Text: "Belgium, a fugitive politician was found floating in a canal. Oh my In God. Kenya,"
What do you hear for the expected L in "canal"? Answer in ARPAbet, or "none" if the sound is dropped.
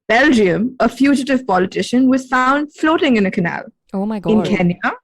L